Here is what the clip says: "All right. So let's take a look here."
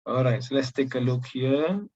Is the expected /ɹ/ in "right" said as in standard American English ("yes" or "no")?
yes